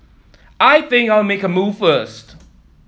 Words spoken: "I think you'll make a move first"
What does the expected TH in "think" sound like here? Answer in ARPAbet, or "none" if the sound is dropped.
TH